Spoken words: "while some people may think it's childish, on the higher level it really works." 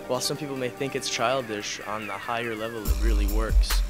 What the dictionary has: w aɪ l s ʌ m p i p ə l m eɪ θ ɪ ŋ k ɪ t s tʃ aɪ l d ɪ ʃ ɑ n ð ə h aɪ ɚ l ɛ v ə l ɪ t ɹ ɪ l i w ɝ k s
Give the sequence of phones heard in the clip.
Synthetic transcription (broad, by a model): w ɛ l s ʌ m p i p l m eɪ θ ɪ ŋ k ɪ t s tʃ aɪ l d ɪ ʃ n ð ə h aɪ ɚ l ɛ v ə l ɪ t ɹ ɪ l i w ɝ k s